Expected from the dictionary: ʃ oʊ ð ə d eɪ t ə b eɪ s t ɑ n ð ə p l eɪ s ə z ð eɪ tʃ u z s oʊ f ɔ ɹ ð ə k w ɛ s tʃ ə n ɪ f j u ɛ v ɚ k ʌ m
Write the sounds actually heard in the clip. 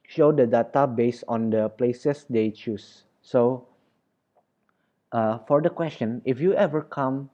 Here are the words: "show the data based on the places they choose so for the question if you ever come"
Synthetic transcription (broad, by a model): ʃ oʊ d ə d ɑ t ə b eɪ s ɑ n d ə p l eɪ s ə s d eɪ tʃ u s oʊ f ɔ ɹ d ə k w ɛ s tʃ ə n ɪ f j u ɛ v ɚ k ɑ m